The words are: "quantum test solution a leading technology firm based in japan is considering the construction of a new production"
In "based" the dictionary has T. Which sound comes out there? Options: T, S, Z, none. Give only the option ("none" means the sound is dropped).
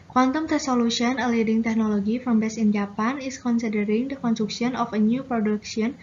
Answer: none